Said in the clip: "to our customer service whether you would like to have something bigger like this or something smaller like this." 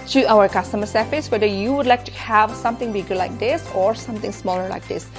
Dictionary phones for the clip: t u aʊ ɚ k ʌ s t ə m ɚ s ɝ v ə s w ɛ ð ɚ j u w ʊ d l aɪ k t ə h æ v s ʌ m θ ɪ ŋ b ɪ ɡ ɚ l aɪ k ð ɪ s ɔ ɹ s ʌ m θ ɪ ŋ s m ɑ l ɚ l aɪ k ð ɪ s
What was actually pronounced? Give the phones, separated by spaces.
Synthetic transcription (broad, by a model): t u aʊ ɚ k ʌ s t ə m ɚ s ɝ f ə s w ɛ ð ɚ j u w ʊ d l aɪ k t h æ v s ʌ m t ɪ ŋ b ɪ ɡ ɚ l aɪ k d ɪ s ɔ ɹ s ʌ m t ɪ ŋ s m ɑ l ɚ l aɪ k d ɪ s